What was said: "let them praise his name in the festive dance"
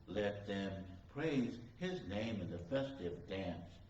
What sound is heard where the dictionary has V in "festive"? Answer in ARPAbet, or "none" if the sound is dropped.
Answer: V